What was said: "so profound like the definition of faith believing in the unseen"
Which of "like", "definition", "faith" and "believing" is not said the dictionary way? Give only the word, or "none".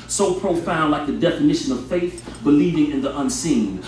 none